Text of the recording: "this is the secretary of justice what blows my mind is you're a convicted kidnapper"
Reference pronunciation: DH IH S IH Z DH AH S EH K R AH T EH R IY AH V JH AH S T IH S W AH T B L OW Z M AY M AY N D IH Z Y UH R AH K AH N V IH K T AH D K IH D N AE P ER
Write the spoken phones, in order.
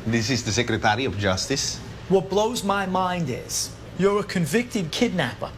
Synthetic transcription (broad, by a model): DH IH S IH Z DH AH S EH K R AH T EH R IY AH V JH AH S T IH S W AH T B L OW Z M AY M AY N D IH Z Y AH R AH K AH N V IH K T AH D K IH D N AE P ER